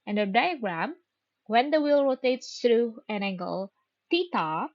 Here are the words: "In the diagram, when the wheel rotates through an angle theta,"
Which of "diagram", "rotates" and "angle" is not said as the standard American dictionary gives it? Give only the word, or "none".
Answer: none